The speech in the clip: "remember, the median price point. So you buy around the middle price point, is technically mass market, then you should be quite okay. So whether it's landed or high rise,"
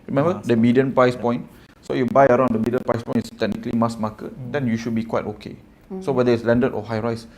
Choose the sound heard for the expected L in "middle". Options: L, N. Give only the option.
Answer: N